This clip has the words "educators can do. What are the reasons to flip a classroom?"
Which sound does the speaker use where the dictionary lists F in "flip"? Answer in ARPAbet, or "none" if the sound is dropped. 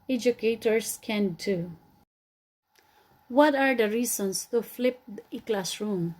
F